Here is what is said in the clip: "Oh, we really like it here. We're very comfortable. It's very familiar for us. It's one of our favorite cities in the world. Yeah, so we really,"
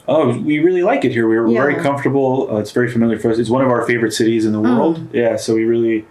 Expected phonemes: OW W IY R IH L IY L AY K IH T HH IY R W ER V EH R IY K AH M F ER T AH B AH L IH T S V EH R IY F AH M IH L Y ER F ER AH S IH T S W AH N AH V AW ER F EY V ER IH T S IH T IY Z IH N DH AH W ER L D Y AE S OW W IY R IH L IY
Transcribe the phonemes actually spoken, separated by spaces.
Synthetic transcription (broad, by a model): OW W IY R IH L IY L AY K IH T HH IY R W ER V EH R IY K AH M F T AH B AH IH T S V EH R IY F AH M IH L Y ER F ER AH S IH T S W AH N AH V AW ER F EY V ER IH T S IH T IY Z IH N DH AH W ER L D Y AE S OW W IY R IH L IY